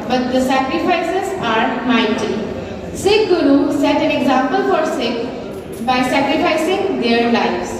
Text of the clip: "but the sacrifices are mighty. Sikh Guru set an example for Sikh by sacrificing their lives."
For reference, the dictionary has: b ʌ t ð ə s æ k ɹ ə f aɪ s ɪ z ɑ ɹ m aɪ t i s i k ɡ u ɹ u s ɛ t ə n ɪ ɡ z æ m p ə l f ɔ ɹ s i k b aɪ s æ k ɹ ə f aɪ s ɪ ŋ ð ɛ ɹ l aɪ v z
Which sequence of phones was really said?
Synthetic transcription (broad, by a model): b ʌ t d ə s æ k ɹ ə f aɪ s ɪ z ɑ ɹ m aɪ t i s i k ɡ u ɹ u s ɛ t ə n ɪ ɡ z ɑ m p ə l f ɔ ɹ s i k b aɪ s æ k ɹ ə f aɪ s ɪ ŋ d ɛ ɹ l aɪ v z